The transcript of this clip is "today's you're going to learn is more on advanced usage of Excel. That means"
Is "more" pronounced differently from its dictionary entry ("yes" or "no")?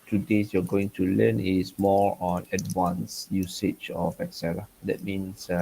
no